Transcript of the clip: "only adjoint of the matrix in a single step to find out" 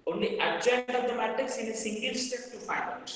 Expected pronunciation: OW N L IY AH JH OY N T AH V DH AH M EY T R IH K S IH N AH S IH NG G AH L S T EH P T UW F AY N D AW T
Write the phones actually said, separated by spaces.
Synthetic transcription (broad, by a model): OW N L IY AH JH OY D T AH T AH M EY T IH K S IH N AH S IH NG G AH L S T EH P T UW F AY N AW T